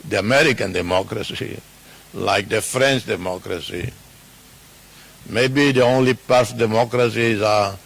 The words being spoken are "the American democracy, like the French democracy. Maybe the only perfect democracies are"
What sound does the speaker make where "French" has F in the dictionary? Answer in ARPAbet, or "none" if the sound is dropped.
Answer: F